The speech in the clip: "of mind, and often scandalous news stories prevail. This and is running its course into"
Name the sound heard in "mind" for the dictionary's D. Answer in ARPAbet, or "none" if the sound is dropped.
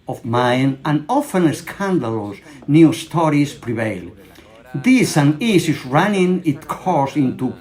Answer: none